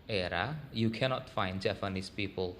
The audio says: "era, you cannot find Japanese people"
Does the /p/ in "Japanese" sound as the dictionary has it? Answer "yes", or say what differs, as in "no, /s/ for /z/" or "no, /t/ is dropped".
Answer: no, /f/ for /p/